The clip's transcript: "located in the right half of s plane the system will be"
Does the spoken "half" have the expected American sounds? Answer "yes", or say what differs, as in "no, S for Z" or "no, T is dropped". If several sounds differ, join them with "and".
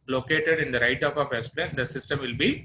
no, P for F